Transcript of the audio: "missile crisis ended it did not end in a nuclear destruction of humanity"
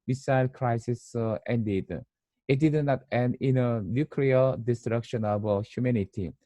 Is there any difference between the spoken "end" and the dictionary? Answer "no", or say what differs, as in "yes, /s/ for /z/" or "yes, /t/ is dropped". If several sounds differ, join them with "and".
yes, /d/ is dropped